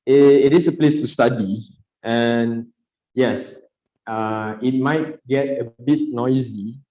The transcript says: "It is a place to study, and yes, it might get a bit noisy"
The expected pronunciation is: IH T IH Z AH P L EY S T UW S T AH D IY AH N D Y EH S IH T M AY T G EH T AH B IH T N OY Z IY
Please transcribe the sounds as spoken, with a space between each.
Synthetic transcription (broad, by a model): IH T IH S AH P L EY S T UW S T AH D IY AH N Y EH S IH T M AY T G EH T AH B IH T N OY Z IY